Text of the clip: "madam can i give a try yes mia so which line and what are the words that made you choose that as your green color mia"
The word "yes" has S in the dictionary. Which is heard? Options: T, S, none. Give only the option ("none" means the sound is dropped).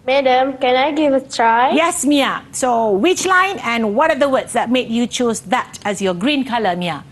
S